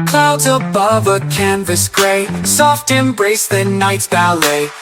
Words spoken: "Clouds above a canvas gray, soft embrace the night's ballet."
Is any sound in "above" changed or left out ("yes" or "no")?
no